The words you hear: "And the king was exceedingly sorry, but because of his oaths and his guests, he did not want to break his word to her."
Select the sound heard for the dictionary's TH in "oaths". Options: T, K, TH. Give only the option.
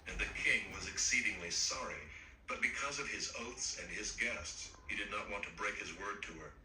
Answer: TH